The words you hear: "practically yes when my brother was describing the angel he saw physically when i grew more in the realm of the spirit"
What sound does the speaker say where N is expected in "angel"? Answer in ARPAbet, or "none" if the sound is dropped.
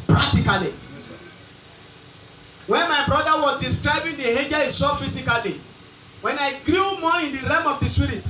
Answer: none